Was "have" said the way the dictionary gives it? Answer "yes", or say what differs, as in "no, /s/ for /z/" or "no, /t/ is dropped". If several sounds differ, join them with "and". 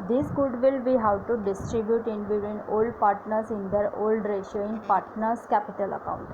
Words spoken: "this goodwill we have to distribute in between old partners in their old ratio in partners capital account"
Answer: no, /w/ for /v/